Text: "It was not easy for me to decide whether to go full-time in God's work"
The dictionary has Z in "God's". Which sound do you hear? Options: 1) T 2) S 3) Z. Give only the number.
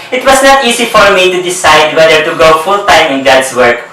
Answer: 2